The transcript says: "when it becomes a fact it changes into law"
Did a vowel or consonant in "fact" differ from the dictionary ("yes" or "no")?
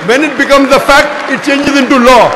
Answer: no